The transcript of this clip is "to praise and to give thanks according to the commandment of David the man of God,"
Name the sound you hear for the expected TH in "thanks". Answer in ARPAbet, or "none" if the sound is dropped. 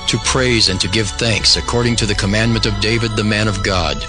TH